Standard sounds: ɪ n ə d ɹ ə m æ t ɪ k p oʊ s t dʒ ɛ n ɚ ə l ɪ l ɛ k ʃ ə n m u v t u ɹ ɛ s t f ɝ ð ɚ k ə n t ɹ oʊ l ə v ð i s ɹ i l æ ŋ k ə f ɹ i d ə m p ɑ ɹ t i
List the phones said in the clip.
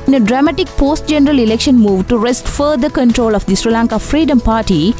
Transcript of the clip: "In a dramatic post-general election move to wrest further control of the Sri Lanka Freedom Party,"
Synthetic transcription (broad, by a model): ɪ n ə d ɹ ə m æ t ɪ k p oʊ s t dʒ ɛ n ɚ ə l ɪ l ɛ k ʃ ə n m u v t u ɹ ɛ s t f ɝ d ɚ k ə n t ɹ oʊ l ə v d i s ɹ i l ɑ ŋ k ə f ɹ i d ə m p ɑ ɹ t i